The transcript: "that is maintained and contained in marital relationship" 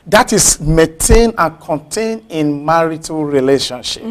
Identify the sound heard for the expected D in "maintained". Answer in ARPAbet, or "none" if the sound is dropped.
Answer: none